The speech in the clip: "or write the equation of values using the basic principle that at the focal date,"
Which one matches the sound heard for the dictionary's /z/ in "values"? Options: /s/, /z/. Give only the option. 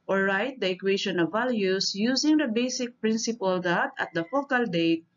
/s/